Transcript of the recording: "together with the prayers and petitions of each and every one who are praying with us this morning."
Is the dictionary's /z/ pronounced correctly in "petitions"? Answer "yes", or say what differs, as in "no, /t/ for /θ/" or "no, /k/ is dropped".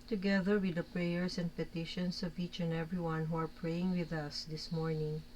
no, /s/ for /z/